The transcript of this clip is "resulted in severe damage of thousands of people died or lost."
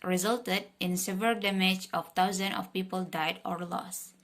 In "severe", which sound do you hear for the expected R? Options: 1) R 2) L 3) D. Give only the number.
2